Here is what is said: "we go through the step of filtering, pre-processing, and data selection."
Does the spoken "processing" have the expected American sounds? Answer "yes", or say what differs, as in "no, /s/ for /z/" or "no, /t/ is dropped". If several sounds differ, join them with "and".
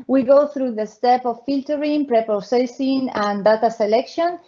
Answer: no, /ɹ/ is dropped